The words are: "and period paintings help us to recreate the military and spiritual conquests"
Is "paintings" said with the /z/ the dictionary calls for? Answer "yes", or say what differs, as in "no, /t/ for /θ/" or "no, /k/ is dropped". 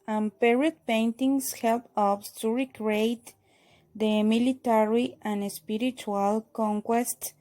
no, /s/ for /z/